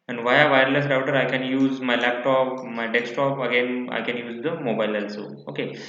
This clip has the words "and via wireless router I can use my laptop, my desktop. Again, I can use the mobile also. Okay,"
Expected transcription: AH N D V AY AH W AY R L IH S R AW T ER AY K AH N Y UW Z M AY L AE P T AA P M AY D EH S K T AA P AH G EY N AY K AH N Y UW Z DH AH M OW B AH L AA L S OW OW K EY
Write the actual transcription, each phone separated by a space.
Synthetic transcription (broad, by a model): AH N V AY AH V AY R L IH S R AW T ER AY K AH N Y UW Z M AY L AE P T AA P M AY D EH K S T AA P AH G EY N AY K AH N Y UW Z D AH M OW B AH L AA L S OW OW K EY